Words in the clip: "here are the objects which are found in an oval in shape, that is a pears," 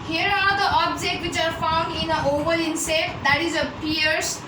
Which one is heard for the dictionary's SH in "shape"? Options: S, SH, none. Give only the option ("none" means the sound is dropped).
S